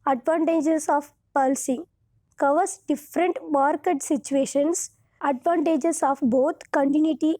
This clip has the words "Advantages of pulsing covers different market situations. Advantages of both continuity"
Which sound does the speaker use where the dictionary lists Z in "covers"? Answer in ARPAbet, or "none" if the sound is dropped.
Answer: S